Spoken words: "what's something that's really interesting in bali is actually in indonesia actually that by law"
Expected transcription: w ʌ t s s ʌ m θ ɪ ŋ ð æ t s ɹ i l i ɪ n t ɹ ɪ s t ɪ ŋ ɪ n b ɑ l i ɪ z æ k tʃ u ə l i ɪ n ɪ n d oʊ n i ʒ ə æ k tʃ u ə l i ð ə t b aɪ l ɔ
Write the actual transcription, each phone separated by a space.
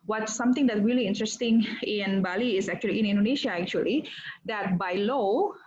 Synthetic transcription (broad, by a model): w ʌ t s s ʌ m t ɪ ŋ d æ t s ɹ i l i ɪ n t ɹ ɪ s t ɪ ŋ ɪ n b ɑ l i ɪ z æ k tʃ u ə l i ɪ n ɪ n d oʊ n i ʃ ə æ k tʃ u ə l i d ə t b aɪ l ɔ